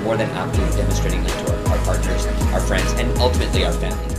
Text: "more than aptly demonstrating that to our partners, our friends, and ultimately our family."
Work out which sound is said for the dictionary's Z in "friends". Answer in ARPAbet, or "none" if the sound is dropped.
Z